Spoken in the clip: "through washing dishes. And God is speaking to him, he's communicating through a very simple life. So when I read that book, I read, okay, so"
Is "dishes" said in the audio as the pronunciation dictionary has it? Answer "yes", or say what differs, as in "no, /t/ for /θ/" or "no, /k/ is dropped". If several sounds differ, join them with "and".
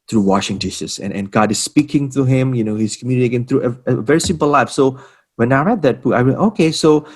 no, /s/ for /ʃ/ and /s/ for /z/